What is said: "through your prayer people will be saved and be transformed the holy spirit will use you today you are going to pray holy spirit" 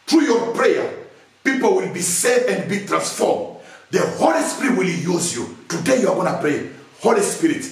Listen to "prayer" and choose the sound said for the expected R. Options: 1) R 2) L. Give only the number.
1